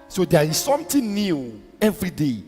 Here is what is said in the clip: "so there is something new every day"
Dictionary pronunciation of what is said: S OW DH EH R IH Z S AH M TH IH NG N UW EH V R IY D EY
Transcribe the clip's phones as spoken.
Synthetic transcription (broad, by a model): S OW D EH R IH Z S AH M T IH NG N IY EH V R IY D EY